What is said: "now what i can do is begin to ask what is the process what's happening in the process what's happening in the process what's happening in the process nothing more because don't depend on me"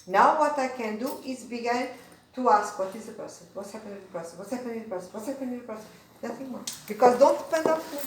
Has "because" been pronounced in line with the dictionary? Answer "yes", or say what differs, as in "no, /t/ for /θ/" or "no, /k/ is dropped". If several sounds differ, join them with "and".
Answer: yes